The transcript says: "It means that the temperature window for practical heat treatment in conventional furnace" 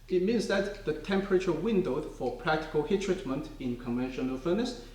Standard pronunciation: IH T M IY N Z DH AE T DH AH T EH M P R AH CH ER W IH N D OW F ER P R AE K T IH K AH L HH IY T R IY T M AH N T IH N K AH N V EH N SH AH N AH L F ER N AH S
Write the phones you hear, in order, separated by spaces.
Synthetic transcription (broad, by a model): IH T M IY N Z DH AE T DH AH T EH M P R AH CH ER W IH N D OW F ER P R AE K T IH K AH L HH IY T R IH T M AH N T IH N K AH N V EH N SH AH N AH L F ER N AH S